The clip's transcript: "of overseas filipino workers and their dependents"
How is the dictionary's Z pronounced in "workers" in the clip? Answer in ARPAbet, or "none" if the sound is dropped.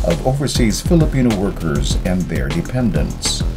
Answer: Z